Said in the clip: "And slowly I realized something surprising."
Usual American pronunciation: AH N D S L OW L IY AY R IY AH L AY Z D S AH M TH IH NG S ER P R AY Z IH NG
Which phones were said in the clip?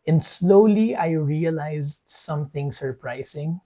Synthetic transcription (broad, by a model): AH N D S L OW L IY AY R IY AH L AY Z D S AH M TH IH NG S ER P R AY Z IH NG